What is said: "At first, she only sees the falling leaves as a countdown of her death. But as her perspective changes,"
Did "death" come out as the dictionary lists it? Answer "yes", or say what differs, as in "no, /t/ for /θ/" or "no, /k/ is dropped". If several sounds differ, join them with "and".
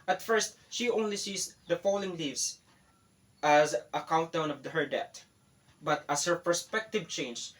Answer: no, /t/ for /θ/